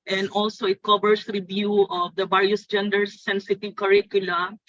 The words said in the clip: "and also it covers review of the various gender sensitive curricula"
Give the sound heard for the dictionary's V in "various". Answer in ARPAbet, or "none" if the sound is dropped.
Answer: B